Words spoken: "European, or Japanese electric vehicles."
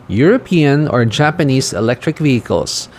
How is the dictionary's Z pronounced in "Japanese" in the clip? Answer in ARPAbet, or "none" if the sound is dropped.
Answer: S